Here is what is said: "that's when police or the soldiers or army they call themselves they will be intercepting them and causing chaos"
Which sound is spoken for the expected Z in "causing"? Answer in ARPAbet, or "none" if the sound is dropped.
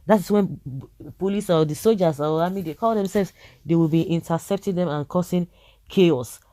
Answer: S